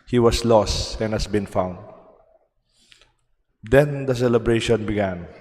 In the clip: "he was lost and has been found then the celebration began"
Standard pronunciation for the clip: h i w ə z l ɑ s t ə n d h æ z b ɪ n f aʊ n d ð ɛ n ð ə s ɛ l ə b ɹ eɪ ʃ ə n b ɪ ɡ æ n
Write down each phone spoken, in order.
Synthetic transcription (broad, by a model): h i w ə s l ɑ s t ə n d h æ s b ɪ n f aʊ n d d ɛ n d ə s ɛ l ə b ɹ eɪ ʃ ə n b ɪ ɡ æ n